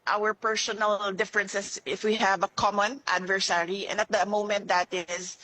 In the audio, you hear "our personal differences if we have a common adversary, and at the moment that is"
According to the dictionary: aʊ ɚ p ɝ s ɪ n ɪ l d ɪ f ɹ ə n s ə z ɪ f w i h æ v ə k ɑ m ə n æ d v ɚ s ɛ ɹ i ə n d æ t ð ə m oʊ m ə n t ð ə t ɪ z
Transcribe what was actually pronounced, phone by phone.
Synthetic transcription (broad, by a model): aʊ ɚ p ɝ s ɪ n ɪ l d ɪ f ɹ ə n s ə s ɪ f w i h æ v ə k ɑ m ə n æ d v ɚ s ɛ ɹ i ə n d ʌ t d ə m oʊ m ə n t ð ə t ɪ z